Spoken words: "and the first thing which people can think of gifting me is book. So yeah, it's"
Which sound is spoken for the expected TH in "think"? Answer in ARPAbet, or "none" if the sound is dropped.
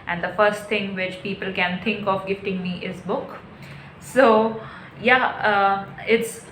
T